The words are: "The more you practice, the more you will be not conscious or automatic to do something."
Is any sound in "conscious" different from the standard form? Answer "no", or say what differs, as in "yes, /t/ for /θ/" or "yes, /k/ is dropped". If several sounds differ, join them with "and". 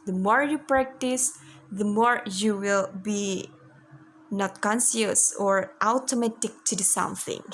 yes, /s/ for /ʃ/